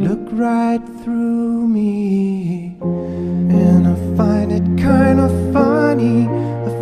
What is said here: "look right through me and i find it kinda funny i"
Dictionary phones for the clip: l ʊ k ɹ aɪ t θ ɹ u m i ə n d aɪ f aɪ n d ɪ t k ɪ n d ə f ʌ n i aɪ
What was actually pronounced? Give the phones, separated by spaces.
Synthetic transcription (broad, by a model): l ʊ k ɹ aɪ t θ ɹ u m i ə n aɪ f aɪ n d ɪ t k ɪ n d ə f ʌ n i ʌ